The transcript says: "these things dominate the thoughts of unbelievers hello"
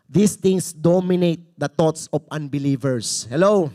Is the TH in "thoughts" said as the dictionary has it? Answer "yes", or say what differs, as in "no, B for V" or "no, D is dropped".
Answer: no, T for TH